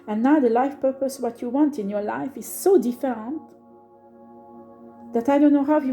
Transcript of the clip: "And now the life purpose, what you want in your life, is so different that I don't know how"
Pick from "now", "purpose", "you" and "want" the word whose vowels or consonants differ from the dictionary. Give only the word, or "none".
none